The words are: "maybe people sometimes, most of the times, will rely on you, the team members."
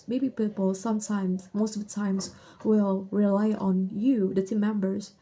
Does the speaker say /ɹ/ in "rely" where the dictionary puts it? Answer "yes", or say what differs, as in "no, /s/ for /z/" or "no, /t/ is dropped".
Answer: yes